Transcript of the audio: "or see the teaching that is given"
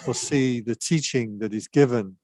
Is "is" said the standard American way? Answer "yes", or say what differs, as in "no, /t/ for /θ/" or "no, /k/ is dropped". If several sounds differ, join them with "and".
yes